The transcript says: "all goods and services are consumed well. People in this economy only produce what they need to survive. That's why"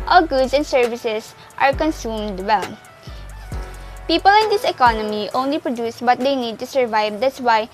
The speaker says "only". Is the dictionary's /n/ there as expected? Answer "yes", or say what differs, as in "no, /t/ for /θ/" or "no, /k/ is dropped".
yes